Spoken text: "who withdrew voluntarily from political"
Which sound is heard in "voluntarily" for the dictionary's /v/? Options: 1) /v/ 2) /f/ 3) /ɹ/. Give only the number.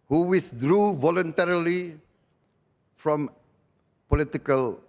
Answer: 1